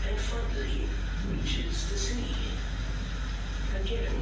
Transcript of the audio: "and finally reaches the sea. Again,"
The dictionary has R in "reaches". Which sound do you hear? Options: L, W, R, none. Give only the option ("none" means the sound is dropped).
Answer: R